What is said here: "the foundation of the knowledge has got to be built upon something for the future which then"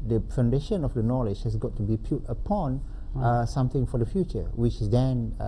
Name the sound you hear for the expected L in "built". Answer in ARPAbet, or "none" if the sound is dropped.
none